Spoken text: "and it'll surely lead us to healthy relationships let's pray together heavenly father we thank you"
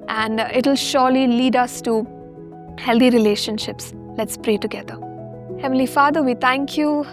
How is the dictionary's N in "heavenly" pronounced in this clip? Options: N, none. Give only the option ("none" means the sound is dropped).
none